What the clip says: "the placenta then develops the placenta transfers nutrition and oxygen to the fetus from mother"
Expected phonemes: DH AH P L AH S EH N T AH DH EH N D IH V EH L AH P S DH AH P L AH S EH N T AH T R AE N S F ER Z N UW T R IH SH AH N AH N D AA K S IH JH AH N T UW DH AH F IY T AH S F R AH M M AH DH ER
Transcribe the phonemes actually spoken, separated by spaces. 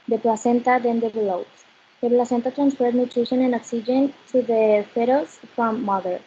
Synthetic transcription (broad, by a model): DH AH P L AH S EH N T AH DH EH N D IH B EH L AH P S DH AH P L AH S EH N T AH T R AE N S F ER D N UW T R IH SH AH N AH N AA K S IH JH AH N T UW DH AH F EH T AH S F R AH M M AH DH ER